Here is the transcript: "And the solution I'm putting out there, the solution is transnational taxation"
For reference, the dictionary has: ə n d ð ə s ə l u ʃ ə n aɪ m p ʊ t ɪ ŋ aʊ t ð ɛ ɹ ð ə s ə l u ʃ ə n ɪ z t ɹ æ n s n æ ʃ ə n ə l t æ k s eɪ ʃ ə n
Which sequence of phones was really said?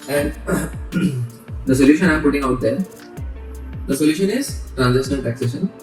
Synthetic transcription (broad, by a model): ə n d ə s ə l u ʃ ə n aɪ m p ʊ t ɪ ŋ aʊ t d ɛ ɹ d ə s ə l u ʃ ə n ɪ z t ɹ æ n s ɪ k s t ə n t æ k s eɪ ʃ ə n